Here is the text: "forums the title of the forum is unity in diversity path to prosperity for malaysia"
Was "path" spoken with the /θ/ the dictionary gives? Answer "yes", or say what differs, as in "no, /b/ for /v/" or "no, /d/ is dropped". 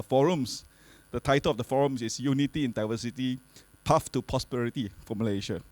no, /f/ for /θ/